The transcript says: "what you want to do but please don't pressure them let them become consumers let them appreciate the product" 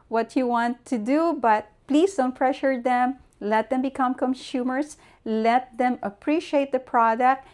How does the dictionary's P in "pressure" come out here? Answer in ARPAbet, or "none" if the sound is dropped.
F